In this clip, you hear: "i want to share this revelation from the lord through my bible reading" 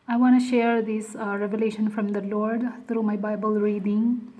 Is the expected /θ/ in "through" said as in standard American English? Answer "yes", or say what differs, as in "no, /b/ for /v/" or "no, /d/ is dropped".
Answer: no, /t/ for /θ/